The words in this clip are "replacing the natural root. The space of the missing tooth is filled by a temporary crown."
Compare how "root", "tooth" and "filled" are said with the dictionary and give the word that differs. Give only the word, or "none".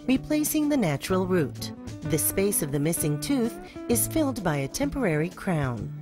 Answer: none